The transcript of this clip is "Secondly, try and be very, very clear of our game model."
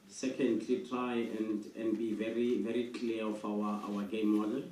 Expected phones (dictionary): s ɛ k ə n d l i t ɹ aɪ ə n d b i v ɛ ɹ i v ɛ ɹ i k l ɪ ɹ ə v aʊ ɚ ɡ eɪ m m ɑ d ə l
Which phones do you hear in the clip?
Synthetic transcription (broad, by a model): s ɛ k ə n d l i t ɹ aɪ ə n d b i v ɛ ɹ i v ɛ ɹ i k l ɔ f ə w aʊ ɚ ɡ eɪ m m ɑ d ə